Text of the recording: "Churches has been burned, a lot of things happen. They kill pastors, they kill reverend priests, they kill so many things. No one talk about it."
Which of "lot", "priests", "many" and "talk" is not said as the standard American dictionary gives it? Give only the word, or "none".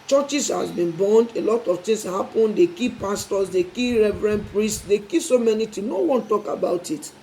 none